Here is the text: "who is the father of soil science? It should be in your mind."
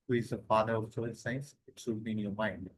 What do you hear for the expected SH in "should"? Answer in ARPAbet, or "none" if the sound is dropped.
S